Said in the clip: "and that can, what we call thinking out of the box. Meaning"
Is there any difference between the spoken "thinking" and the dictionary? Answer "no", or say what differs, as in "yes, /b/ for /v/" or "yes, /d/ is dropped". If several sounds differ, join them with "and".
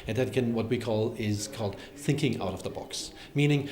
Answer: no